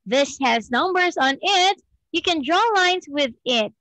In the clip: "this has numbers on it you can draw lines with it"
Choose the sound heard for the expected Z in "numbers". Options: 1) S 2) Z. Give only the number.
2